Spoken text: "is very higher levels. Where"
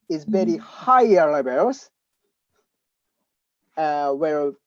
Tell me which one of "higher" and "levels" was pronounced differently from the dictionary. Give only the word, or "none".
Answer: levels